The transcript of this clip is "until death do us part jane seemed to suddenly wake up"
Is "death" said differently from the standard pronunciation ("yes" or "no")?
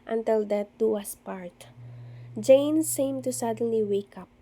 yes